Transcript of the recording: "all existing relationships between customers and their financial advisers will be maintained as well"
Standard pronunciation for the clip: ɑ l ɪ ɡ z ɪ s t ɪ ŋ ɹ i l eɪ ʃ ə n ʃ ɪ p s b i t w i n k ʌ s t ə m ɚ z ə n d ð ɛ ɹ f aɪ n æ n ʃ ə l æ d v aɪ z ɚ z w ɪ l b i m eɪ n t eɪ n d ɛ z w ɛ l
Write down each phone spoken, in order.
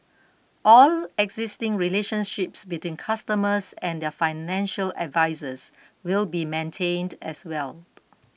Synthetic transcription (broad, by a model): ɑ l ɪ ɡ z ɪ s t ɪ ŋ ɹ i l eɪ ʃ ə n ʃ ɪ p s b i t w i n k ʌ s t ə m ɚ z ə n d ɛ f aɪ n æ n ʃ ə l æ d v aɪ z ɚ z w ɪ l b i m eɪ n t eɪ n d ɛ s w ɛ l